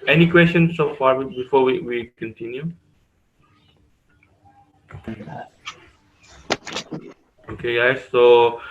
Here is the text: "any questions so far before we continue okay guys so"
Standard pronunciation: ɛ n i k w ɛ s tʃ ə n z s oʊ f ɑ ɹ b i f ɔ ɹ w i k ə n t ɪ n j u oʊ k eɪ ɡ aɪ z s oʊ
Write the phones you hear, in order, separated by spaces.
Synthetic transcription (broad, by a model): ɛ n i k w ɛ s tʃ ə n s oʊ f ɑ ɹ b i f ɔ w w i k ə n t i n j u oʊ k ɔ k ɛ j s oʊ